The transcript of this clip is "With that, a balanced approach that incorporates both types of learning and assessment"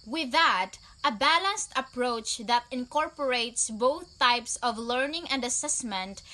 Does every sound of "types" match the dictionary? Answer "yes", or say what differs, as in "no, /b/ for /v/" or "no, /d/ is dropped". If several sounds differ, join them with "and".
yes